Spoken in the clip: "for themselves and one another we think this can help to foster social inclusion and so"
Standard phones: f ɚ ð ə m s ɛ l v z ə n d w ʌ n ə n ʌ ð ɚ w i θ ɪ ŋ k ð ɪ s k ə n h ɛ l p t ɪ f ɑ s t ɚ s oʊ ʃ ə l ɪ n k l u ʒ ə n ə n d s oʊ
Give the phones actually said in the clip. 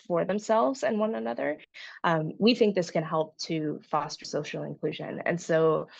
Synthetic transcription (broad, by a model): f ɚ ð ə m s ɛ l v z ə n w ʌ n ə n ʌ ð ɚ w i θ ɪ ŋ k ð ɪ s k ə n h ɛ l p t ɪ f ɑ s t ɚ s oʊ ʃ l ɪ n k l u ʒ ə n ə n s oʊ